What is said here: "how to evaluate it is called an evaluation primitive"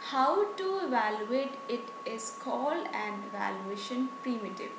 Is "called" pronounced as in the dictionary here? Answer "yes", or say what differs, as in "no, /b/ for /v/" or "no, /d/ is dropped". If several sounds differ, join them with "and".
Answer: no, /d/ is dropped